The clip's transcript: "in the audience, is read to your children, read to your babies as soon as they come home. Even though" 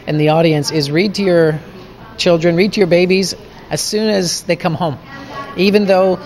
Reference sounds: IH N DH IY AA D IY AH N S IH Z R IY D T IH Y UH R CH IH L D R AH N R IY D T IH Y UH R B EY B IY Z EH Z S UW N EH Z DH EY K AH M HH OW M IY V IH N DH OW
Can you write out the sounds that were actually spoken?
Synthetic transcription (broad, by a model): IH N DH IY AA D IY AH N S IH Z R IY D T IH Y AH R CH IH L D R AH N R IY D T IH Y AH R B EY B IY Z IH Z S UW N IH Z DH EY K AH M HH OW M IY V IH N DH OW